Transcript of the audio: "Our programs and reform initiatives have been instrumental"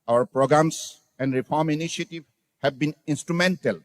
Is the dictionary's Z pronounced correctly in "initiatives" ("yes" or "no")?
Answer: no